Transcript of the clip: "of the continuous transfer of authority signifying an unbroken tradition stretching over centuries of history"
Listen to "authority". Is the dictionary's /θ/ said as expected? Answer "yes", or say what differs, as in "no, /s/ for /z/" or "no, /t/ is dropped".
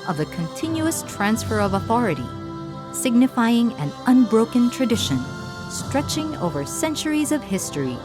yes